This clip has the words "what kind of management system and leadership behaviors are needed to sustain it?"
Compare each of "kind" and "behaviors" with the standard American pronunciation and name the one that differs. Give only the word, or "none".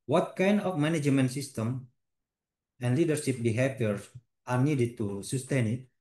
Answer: behaviors